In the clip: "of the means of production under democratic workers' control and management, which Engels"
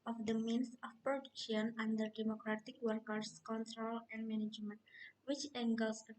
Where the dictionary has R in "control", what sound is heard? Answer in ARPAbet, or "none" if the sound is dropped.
R